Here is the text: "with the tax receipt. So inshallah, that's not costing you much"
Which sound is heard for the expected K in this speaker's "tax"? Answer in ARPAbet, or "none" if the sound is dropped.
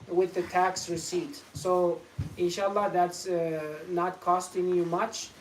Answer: K